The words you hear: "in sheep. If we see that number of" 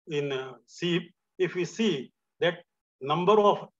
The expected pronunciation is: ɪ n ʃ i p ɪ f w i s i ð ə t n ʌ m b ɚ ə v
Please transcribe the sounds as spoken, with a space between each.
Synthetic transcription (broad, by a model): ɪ n s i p ɪ f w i s i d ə t n ʌ m b ɚ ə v